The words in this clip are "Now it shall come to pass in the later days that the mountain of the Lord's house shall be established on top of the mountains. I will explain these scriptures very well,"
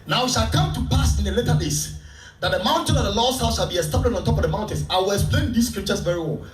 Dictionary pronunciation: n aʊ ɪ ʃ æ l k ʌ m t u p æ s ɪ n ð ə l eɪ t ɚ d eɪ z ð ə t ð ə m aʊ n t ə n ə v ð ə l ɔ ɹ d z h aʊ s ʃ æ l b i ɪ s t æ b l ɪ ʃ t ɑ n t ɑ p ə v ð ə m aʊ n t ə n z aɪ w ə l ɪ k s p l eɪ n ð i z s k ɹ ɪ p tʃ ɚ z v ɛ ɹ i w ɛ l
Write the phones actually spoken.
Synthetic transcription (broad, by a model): n aʊ ɪ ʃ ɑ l k ʌ m t u p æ s ɪ n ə l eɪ t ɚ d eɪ s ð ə t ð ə m aʊ n t ə n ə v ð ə l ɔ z h aʊ s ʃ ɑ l b i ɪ s t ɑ b l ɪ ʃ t ɑ n t ɑ p ə v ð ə m aʊ n t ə n s aɪ w ə l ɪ k s p l eɪ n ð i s k ɹ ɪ p tʃ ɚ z v ɛ ɹ i w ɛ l